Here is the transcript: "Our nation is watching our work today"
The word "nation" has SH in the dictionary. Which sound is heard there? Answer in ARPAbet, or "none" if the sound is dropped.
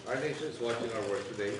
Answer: none